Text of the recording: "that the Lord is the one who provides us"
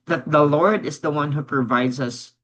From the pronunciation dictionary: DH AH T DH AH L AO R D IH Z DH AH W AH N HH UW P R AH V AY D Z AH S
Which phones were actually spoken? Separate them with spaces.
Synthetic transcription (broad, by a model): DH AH T DH AH L AO R D IH Z DH AH W AH N HH UW P R AH V AY D Z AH S